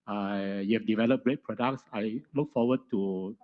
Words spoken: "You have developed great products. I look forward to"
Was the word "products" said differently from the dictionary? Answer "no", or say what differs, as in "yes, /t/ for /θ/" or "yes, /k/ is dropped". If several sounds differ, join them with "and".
no